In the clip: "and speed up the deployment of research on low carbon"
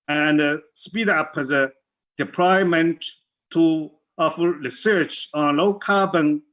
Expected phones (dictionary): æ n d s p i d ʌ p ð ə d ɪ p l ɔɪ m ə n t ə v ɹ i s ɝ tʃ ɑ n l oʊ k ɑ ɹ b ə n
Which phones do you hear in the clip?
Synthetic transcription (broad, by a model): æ n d s p i d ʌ p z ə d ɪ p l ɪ m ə n t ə f ɹ i s ɝ tʃ ɑ n l oʊ k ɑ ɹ b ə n